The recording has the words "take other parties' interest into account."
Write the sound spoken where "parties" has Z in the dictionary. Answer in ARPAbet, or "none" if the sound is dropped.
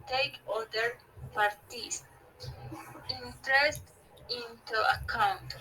S